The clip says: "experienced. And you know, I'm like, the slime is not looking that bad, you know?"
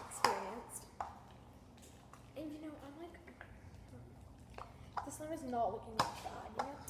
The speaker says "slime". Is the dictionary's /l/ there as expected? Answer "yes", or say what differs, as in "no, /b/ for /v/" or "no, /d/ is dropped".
no, /l/ is dropped